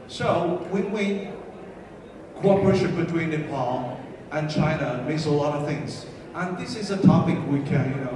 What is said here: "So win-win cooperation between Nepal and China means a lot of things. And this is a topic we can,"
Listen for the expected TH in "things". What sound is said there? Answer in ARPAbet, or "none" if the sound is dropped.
TH